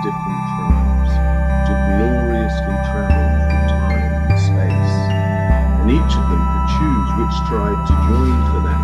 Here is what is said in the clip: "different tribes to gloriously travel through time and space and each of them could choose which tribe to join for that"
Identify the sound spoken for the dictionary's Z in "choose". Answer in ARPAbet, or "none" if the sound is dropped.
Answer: Z